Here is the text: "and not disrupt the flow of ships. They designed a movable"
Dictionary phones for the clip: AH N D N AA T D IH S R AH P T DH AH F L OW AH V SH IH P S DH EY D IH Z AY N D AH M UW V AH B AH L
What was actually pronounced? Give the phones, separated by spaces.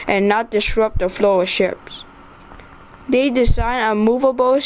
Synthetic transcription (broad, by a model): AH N N AA T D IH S R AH P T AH F L OW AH SH IH P S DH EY D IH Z AY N AH M UW V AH B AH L